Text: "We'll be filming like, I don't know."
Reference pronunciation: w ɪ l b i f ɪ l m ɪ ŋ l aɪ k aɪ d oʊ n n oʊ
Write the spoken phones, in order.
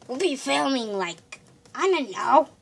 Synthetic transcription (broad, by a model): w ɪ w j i f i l ɪ ŋ l aɪ k aɪ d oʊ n n oʊ